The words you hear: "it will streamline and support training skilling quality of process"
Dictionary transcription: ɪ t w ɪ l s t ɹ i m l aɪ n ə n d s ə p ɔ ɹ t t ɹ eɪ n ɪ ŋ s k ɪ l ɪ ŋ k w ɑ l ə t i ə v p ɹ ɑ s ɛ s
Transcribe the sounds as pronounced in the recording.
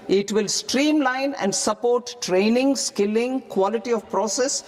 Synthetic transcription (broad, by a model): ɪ t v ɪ l s t ɹ i m l aɪ n ə n d s ə p ɔ ɹ t t ɹ eɪ n ɪ ŋ s k ɪ l ɪ ŋ k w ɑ l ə t i ə v p ɹ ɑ s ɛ s